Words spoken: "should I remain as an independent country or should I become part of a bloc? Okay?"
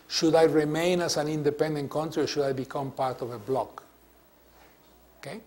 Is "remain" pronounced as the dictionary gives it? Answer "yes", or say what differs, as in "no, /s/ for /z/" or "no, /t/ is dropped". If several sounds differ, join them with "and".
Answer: yes